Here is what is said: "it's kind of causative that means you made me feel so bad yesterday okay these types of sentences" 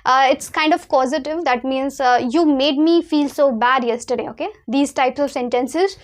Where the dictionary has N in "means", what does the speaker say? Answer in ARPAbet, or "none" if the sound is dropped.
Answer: N